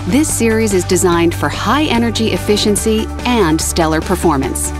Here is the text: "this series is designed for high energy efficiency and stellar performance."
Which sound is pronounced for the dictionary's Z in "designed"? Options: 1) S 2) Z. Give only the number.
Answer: 2